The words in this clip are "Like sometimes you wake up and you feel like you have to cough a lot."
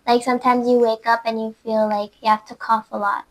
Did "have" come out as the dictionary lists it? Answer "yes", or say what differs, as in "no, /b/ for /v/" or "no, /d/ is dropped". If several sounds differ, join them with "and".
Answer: no, /f/ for /v/